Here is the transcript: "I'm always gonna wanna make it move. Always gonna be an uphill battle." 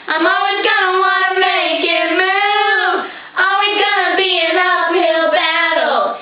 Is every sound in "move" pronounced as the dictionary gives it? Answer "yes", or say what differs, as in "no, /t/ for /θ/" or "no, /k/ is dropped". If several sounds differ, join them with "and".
no, /v/ is dropped